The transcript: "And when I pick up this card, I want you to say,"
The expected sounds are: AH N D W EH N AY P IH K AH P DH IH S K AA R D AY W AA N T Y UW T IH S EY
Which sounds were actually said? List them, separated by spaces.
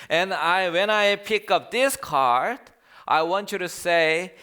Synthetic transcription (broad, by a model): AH N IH W EH N AY P IH K AH P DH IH S K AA R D AY W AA N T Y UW T IH S EY